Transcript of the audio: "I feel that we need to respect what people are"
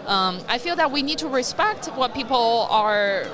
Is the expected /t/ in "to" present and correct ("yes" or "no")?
yes